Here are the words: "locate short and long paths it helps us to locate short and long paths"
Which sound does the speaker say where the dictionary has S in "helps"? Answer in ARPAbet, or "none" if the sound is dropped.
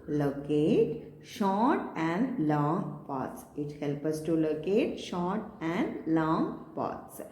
none